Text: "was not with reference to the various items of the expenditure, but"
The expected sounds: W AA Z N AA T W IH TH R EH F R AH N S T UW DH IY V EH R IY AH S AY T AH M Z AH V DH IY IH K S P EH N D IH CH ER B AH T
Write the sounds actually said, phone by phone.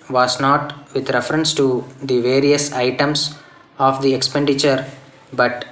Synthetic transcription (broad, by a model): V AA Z N AA T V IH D R EH F R AH N S T UW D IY V EH R IY AH S AY T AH M S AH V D IY IH K S P EH N D IH CH ER B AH T